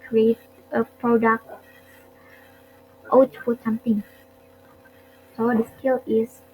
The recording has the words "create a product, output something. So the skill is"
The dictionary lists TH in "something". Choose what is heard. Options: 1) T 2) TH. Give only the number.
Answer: 1